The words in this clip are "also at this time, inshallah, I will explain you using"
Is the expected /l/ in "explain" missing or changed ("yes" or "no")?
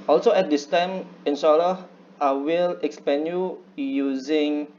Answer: yes